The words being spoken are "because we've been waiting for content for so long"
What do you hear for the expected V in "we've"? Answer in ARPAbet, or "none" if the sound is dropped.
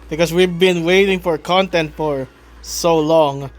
V